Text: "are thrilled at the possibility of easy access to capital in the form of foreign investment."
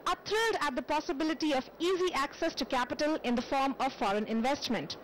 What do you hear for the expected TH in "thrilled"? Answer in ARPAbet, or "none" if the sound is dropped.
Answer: T